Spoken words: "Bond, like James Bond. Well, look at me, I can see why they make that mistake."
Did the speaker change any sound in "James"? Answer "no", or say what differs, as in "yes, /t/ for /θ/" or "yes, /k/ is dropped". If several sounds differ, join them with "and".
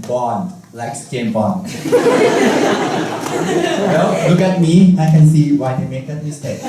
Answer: yes, /z/ is dropped